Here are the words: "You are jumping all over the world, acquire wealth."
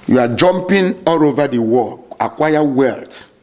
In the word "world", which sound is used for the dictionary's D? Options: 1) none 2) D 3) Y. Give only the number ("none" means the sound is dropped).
1